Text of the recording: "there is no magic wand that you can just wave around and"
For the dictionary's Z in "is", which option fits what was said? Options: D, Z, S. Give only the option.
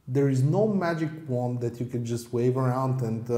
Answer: Z